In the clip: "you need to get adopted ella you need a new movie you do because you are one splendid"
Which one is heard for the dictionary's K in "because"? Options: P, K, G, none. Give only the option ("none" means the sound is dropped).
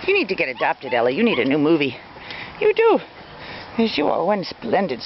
none